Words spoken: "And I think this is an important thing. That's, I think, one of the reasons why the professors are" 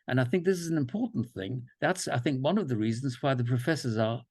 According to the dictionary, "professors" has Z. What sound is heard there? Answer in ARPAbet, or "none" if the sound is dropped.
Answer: Z